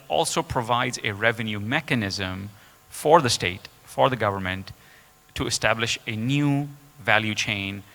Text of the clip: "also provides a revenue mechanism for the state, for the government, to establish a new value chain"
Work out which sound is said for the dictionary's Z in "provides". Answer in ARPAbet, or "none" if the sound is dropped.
Z